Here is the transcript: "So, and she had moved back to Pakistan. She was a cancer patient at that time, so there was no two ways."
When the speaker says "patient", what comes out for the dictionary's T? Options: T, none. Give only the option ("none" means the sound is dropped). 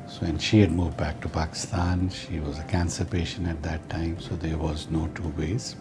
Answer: none